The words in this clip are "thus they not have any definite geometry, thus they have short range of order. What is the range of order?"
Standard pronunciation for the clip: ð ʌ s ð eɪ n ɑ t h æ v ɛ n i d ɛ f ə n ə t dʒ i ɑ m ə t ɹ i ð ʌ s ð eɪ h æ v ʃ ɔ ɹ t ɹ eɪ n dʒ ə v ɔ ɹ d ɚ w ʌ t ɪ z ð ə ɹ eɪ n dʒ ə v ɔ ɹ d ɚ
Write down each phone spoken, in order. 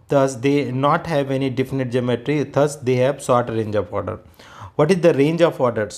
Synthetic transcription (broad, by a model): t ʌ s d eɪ n ɑ t h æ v ɛ n i d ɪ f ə n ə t dʒ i m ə t ɹ i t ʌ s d eɪ h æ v s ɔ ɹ t ɹ eɪ n dʒ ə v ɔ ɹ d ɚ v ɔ t ɪ z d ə ɹ eɪ n dʒ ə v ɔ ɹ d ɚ